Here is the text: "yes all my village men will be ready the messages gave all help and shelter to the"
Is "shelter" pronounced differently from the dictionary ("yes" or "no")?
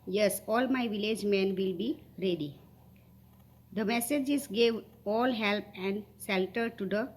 yes